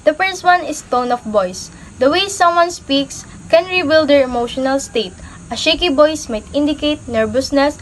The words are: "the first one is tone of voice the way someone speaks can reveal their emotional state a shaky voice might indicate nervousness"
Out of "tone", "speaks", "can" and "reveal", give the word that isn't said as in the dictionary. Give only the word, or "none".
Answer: reveal